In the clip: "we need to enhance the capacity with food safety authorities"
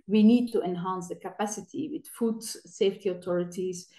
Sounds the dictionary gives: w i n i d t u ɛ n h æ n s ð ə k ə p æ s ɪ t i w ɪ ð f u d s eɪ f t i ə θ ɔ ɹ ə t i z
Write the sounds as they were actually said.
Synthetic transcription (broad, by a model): w i n i d t u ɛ n h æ n s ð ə k ə p æ s ɪ t i w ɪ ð f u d s eɪ f t i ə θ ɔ ɹ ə t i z